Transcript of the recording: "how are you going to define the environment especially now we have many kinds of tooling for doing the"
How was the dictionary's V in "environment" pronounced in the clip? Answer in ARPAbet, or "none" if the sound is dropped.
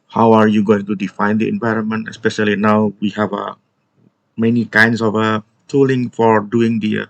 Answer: V